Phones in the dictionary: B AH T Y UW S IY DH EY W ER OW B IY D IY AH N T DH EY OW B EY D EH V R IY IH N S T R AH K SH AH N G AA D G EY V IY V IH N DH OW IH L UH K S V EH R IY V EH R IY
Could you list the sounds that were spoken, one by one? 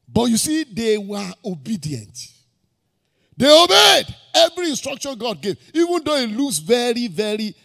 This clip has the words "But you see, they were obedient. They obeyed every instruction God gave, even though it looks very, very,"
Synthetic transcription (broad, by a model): B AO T Y UW S IY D EY W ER OW B IY D IY AH N T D EY OW B EY D EH V R IY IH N S T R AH K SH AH N G AA D G EY V IY V IH N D OW IH L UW S V EH R IY V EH R IY